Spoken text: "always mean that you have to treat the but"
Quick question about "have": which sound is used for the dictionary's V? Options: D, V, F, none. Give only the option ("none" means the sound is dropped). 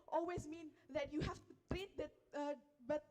F